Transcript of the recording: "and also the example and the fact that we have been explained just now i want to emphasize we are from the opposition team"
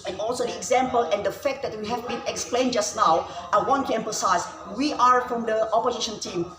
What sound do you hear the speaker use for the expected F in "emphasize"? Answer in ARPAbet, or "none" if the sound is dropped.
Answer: P